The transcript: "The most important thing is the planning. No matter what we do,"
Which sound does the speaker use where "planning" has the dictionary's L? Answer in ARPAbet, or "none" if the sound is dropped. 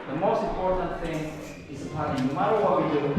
none